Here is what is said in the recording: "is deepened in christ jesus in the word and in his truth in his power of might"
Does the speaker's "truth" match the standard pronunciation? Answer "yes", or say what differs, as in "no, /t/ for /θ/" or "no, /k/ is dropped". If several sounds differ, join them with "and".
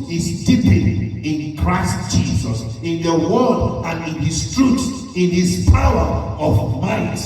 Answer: no, /s/ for /θ/